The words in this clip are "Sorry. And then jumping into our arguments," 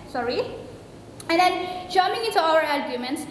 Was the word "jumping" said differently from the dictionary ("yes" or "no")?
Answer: yes